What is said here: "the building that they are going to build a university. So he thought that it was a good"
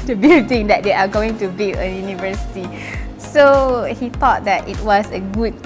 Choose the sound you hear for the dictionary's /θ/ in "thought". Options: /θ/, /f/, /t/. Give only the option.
/t/